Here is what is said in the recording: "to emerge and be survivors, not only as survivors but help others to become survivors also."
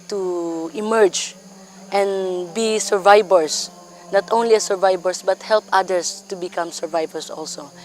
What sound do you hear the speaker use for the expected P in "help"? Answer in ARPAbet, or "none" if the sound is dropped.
P